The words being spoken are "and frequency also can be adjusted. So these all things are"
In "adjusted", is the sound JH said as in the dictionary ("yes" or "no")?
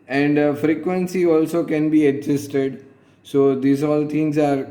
no